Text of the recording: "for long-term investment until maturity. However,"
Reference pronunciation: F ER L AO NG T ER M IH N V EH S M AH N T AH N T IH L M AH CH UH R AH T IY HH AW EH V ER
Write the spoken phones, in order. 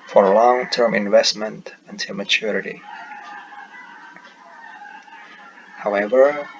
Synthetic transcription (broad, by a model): F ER L AO NG T ER M IH N V EH S M AH N T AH N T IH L M AH CH UH R AH T IY HH AW EH V ER